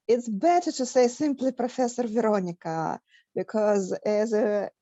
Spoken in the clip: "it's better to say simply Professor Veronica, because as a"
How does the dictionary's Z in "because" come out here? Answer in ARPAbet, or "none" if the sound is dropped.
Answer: Z